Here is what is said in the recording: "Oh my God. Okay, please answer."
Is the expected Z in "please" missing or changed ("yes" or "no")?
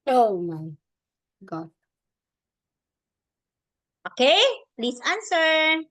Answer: yes